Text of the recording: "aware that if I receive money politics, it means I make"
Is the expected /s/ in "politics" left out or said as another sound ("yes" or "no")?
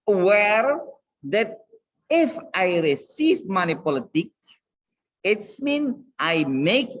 yes